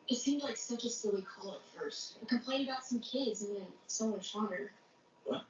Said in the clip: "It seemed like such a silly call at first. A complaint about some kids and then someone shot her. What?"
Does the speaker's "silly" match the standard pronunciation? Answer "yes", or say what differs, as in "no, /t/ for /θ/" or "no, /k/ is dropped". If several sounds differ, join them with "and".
no, /w/ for /l/